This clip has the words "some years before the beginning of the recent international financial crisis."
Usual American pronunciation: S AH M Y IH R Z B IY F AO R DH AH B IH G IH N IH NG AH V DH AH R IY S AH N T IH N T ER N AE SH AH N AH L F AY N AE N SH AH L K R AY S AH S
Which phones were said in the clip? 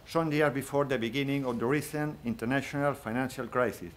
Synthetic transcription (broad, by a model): S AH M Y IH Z B IY F AO R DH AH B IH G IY N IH NG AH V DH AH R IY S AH N IH N T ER N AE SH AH N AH L F AY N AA N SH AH L K R AY S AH S